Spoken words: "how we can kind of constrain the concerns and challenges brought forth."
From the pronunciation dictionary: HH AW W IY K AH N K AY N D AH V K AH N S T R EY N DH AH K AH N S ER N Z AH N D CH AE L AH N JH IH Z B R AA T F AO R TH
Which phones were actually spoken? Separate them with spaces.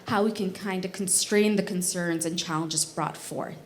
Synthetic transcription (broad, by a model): HH AW W IY K AH N K AY N D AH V K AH N S T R EY N DH AH K AH N S ER N Z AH N CH AE L AH N JH IH Z B R AA T F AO R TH